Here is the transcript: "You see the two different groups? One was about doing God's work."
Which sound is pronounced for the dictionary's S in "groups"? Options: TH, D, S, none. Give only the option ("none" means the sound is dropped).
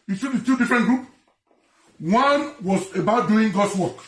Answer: none